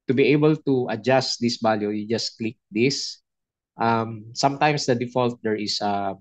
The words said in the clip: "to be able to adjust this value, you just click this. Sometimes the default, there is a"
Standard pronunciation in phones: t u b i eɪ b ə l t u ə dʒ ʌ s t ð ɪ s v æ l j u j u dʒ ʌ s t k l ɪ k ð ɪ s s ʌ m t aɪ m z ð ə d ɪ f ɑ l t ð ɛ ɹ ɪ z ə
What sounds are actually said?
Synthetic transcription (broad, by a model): t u b i eɪ b ə l t u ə dʒ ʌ s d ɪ s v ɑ l j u j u dʒ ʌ s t k l ɪ k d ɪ s s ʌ m t aɪ m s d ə d ɪ f ɑ l t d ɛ ɹ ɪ s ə